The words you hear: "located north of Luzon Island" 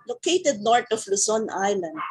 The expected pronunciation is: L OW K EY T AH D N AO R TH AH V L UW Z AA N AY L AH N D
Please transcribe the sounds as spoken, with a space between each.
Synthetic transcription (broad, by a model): L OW K EY T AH D N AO R T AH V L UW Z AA N AY L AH N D